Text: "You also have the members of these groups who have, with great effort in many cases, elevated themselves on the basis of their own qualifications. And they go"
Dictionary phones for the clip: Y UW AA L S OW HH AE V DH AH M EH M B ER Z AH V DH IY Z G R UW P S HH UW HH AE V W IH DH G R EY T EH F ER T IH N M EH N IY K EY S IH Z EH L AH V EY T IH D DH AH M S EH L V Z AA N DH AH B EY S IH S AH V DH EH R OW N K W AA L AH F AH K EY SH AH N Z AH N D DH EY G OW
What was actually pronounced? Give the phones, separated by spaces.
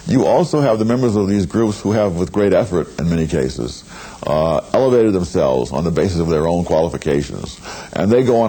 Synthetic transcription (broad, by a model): Y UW AA L S OW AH V DH AH M EH M B ER Z AH V DH IY Z G R UW P S HH UW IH V W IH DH G R EY T EH F ER T IH N M EH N IY K EY S IH Z EH L AH V EY T IH D DH AH M S EH L V Z N DH AH B EY S IH S AH V DH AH R OW N K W AA L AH F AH K EY SH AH N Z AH N DH EY G OW